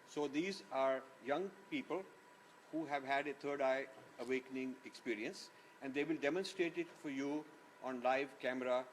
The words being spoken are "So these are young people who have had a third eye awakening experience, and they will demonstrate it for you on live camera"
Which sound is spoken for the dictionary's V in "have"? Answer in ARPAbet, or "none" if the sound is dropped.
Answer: V